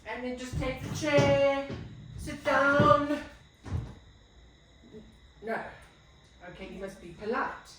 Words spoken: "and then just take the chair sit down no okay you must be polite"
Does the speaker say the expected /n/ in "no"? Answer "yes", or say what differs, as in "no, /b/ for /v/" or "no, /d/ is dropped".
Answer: yes